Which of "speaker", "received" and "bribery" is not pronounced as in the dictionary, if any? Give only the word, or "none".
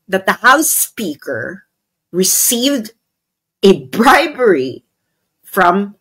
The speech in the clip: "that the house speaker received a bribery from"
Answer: none